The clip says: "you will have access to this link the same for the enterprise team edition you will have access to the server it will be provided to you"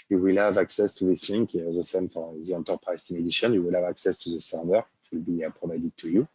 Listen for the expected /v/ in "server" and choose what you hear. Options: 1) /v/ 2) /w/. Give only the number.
2